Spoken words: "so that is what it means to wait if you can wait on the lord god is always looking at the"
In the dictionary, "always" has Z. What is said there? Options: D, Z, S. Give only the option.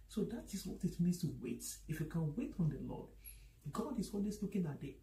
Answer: S